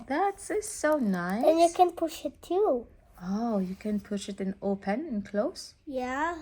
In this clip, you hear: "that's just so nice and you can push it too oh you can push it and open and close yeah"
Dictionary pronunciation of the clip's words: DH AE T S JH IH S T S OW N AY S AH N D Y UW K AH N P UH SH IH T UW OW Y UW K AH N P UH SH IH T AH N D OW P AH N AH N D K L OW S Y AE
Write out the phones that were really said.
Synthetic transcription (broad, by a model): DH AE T S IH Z S OW N AY AH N Y UW K AH N P UH SH IH T UW OW Y UW K AH N P UH SH IH T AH N OW P AH N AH N K L OW S Y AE